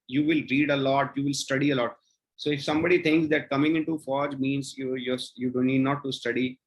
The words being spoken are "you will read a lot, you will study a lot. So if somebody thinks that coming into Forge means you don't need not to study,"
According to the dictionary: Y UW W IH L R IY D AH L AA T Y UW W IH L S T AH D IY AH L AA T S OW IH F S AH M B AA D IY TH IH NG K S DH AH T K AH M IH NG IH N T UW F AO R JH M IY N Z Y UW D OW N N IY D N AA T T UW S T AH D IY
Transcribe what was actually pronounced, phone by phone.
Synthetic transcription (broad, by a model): Y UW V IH L R IY D AH L AA T Y UW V IH L S T AH D IY AH L AA T S OW IH F S AH M B AA D IY T IH NG K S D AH T K AH M IH NG IH N T UW F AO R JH M IY N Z Y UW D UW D N IY D N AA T T UW S T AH D IY